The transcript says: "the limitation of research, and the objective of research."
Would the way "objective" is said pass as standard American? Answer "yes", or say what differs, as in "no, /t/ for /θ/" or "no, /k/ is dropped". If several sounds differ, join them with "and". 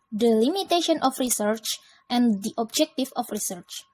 no, /f/ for /v/